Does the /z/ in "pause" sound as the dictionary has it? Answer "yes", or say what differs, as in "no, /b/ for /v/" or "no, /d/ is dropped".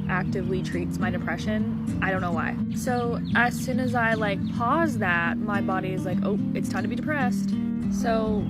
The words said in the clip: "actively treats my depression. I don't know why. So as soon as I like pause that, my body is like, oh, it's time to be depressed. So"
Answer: yes